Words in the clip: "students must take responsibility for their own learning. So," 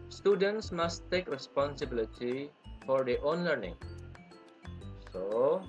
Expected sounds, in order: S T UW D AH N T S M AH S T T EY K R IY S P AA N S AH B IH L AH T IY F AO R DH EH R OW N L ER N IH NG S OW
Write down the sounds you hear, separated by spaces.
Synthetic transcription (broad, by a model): S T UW D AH N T S M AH S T T EY K R IY S P AA N S AH B IH L AH T IY F AO R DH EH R OW N L ER N IH NG S OW